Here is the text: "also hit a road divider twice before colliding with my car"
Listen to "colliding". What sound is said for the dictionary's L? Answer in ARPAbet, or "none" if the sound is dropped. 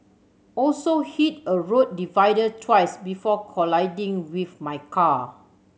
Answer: L